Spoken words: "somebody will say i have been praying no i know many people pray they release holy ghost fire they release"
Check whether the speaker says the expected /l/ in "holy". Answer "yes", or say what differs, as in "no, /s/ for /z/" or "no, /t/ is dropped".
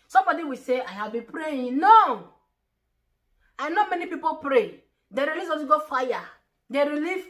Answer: no, /n/ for /l/